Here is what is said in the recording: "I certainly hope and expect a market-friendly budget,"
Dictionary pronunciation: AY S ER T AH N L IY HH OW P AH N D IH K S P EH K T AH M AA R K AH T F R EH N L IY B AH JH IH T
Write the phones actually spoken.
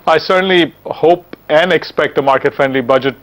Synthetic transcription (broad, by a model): AY S ER T AH N L IY HH OW P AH N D IH K S P EH K T AH M AA R K AH T F EH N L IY B AH JH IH T